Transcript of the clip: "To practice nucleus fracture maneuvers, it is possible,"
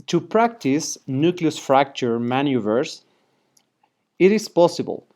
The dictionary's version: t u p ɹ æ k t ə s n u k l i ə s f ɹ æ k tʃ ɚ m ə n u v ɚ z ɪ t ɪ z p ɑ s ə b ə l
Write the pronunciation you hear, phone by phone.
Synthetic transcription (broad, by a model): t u p ɹ æ k t ə s n u k l i ə s f ɹ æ k tʃ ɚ m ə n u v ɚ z ɪ t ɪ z p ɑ s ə b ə l